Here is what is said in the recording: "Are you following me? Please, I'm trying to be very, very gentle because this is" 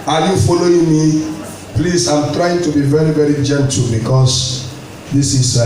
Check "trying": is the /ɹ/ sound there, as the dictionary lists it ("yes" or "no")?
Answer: yes